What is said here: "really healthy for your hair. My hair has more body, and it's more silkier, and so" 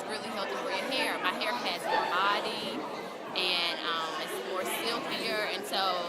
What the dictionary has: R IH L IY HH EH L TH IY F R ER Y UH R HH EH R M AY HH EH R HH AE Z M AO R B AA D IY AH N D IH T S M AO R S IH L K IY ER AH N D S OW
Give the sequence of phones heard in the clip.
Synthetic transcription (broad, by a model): R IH L IY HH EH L T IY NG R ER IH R HH EH R M AY HH EH R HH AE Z M AO R B AA D IY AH N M IH T S M AO R S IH L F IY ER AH N S OW